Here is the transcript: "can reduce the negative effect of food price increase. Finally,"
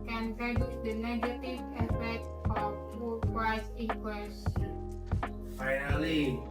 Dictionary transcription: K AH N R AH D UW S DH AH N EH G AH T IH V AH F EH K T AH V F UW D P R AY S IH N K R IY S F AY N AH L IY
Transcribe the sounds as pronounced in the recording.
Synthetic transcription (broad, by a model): K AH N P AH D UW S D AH N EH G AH T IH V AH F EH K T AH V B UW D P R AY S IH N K W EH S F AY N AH L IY